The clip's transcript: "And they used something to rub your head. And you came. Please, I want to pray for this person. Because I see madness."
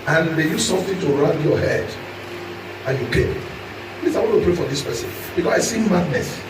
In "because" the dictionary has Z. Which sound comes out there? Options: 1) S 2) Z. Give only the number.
1